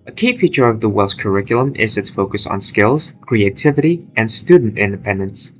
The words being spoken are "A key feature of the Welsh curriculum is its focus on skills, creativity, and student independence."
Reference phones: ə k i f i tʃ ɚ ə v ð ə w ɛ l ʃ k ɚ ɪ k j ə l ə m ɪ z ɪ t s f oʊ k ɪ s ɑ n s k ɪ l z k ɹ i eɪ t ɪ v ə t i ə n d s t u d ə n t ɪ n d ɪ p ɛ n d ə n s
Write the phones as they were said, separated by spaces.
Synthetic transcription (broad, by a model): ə k i f i tʃ ɚ ə v ð ə w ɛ l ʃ k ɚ ɪ k j l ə m ɪ z ɪ t s f oʊ k ɪ s n s k ɪ l z k ɹ i eɪ t ɪ v ə t i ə n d s t u d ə n t ɪ n d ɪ p ɛ n d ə n s